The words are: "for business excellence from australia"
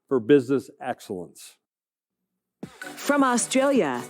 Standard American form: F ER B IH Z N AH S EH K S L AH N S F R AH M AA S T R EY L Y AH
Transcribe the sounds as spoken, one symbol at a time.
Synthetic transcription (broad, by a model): F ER B IH Z N AH S EH K S L AH N S F R AH M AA S T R EY L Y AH